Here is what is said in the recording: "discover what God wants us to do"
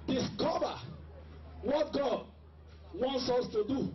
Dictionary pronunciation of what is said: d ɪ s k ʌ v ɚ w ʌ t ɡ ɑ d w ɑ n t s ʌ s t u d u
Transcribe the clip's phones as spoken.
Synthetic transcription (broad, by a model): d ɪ s k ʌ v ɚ w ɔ t ɡ ɑ d w ɑ n t s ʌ s t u d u